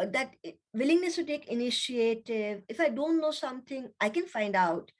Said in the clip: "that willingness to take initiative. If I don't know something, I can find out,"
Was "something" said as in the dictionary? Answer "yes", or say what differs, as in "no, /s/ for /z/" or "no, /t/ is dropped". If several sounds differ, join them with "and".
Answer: no, /t/ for /θ/